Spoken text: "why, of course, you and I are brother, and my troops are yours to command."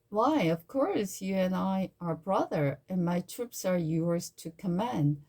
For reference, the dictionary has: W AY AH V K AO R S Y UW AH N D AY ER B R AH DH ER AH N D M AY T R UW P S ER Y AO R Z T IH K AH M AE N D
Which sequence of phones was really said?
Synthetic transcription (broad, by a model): W AY AH V K AO R S Y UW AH N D AY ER B R AH DH ER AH N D M AY T R UW P S ER Y AO R Z T IH K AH M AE N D